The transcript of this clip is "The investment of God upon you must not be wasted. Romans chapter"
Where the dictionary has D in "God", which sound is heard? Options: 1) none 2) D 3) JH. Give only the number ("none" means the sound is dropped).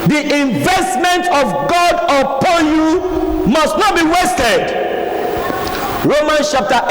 2